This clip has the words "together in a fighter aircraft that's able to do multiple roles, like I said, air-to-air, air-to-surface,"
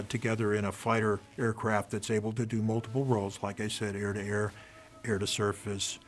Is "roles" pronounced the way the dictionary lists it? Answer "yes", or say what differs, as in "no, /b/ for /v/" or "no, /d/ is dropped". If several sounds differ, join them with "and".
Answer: yes